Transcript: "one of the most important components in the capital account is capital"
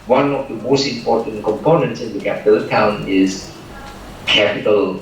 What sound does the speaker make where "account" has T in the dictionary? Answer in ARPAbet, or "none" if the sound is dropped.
none